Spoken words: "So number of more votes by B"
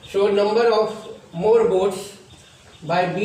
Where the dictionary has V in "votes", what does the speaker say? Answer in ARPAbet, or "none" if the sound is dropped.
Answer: B